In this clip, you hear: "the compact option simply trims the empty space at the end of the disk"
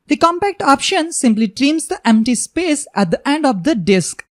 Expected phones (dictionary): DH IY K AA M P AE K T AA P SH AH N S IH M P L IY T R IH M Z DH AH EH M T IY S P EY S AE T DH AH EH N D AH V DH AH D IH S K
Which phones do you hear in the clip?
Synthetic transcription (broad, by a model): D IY K AA M P AE K T AA P SH AH N S IH M P L IY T R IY M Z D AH EH M T IY S P EY S AE T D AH EH N D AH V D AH D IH S K